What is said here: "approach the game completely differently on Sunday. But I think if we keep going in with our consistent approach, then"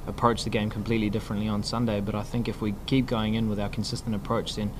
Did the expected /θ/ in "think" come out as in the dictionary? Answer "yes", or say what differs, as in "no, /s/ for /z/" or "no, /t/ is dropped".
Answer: yes